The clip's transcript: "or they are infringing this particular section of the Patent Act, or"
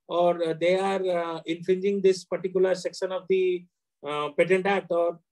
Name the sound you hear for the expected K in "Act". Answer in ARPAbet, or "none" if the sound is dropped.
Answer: none